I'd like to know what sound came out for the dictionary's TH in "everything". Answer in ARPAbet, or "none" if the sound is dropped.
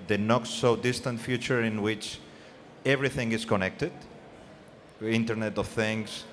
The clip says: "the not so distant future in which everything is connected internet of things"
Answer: TH